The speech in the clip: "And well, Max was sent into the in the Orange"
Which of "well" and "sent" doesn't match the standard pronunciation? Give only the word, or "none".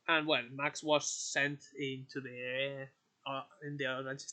none